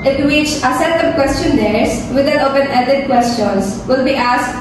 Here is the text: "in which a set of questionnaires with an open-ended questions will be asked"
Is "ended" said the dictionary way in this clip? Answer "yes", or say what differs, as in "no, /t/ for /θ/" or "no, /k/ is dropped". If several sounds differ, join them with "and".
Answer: no, /n/ is dropped